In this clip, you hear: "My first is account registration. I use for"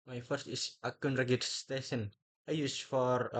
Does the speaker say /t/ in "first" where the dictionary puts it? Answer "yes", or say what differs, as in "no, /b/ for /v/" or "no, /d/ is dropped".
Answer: yes